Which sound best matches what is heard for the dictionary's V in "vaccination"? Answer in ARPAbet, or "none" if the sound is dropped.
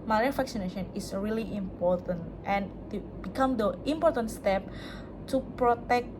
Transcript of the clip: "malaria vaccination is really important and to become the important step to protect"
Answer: F